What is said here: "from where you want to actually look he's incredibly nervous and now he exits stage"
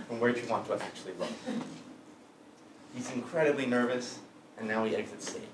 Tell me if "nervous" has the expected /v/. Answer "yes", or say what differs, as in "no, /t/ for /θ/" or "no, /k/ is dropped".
yes